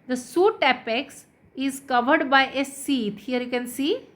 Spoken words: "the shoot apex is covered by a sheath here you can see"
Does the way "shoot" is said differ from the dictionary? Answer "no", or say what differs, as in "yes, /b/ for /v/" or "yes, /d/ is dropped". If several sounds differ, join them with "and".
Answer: yes, /s/ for /ʃ/